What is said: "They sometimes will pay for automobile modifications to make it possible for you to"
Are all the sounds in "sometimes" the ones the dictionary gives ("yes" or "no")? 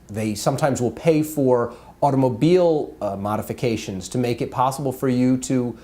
yes